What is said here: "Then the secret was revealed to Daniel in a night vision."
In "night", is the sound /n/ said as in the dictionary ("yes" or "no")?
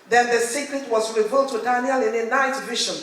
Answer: yes